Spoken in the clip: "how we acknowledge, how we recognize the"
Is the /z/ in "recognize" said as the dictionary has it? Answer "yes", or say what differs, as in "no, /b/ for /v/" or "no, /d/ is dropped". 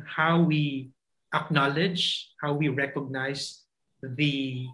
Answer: no, /s/ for /z/